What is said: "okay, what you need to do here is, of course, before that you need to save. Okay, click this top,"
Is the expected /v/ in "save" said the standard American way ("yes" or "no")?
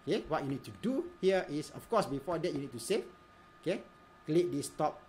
no